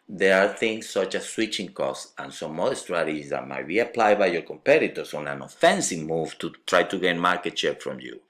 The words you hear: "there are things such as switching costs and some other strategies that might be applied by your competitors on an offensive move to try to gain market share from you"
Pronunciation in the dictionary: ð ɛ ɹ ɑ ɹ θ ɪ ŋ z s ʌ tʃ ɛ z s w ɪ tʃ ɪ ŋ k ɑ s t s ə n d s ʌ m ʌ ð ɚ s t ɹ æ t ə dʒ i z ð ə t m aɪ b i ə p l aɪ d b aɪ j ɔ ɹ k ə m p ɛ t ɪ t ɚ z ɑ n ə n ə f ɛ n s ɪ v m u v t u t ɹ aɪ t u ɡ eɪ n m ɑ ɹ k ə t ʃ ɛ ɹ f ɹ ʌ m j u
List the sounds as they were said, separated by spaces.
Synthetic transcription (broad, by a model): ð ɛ ɹ ɑ ɹ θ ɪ ŋ s ʌ tʃ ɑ s w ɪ tʃ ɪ ŋ k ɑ s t ə n s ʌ m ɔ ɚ s t ɹ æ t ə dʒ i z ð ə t m aɪ b i ə p l aɪ d b aɪ j ɔ ɹ k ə m p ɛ t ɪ t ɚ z ɑ n ə n ə f ɛ n s ɪ v m u v t u t ɹ aɪ t u ɡ eɪ n m ɑ ɹ k ə t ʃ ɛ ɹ f ɹ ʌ m j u